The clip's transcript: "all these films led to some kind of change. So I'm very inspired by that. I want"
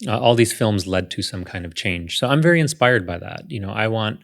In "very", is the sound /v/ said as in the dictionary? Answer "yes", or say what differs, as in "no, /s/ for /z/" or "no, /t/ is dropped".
yes